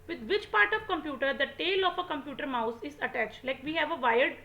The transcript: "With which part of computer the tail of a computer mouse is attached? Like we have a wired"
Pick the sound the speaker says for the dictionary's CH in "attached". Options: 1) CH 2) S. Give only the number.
1